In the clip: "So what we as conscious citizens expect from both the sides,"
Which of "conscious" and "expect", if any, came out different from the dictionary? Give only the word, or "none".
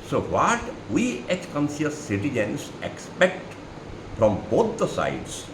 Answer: conscious